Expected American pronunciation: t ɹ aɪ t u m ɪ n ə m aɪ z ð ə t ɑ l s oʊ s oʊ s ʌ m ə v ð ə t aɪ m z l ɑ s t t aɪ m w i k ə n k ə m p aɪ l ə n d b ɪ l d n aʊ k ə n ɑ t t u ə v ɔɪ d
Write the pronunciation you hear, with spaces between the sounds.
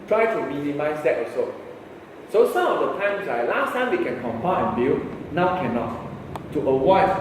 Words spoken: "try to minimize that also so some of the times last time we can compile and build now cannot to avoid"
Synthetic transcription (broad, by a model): t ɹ aɪ t u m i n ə m aɪ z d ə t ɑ s oʊ s oʊ s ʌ m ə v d ə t aɪ m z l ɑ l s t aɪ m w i k ə n k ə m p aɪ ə n b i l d n aʊ k ə n ɑ t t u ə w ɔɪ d